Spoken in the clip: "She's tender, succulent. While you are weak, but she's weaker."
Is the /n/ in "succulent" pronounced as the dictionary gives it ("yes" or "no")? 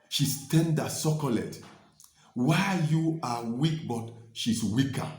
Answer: no